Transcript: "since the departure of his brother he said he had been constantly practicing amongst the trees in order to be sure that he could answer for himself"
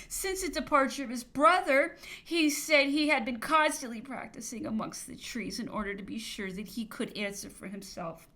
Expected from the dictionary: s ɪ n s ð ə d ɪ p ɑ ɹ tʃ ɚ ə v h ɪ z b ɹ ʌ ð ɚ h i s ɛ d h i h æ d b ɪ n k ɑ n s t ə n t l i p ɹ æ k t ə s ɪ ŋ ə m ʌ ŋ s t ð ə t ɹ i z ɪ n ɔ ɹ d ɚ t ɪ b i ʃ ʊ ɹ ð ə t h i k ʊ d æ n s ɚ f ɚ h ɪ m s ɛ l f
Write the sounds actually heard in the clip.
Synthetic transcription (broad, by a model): s ɪ n s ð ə d ɪ p ɑ ɹ tʃ ɚ ə v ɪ z b ɹ ʌ ð ɚ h i s ɛ d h i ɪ d b ɪ n k ɑ n s t ə n t l i p ɹ æ k t ə s ɪ ŋ ə m ʌ ŋ s t ð ə t ɹ i z ɪ n ɔ ɹ d ɚ t ɪ b i ʃ ʊ ɹ ð ə t h i k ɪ d æ n s ɚ f ɚ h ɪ m s ɛ l f